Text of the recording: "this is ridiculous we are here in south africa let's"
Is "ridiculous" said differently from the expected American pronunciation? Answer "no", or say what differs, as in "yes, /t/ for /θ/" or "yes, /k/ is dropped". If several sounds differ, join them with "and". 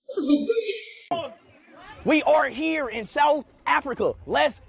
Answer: yes, /w/ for /ɹ/